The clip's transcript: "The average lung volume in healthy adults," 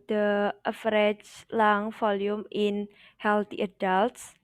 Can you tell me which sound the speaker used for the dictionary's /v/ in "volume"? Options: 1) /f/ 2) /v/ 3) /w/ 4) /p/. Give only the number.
1